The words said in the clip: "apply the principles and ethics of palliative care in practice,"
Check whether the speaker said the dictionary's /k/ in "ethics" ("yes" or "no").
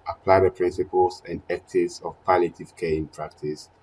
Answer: no